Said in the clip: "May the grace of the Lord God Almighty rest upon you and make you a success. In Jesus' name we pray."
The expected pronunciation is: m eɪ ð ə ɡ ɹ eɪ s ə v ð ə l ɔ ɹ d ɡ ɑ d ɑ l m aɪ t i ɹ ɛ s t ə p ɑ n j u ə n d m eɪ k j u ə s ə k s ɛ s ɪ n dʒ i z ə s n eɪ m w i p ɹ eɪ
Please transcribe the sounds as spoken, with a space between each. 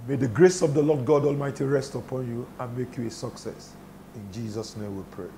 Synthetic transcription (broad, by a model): m eɪ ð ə ɡ ɹ eɪ s ə v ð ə l ɔ d ɡ ɑ d ɑ l m aɪ t i ɹ ɛ s t ə p ɑ n j u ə n m eɪ k j u ə s ə k s ɛ s ɪ n dʒ i z ə s n eɪ m w i p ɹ eɪ